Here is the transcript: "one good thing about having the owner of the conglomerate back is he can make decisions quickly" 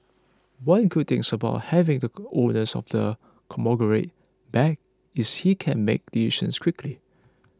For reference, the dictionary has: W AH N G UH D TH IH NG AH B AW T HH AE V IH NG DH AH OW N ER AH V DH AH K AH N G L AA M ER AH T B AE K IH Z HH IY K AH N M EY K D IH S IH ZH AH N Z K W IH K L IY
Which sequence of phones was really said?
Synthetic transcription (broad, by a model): W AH N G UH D T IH NG AH B AW T HH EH V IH NG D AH OW N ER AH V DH AH K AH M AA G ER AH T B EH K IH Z HH IY K AH N M EY K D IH IH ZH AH N S K W IH K L IY